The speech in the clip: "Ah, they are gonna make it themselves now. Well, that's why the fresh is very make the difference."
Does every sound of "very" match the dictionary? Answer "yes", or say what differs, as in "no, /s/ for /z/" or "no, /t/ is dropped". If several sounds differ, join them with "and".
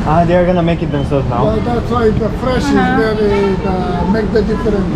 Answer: no, /ɹ/ is dropped